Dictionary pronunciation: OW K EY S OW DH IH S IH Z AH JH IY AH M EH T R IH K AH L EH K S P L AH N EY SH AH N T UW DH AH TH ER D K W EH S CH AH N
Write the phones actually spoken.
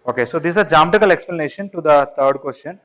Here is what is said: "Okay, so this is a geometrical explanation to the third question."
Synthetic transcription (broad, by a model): OW K EY S OW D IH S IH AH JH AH M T IH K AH L EH K S P L AH N EY SH AH N T UW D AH T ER D K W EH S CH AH N